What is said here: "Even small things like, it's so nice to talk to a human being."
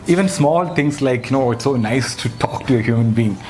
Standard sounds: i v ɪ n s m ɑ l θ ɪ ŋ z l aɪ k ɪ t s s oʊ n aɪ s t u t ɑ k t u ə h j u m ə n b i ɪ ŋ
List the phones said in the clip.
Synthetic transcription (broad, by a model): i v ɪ n s m ɑ l t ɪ ŋ s l aɪ k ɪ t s s oʊ n aɪ s t u t ɑ k t u ə h j u m ə n b i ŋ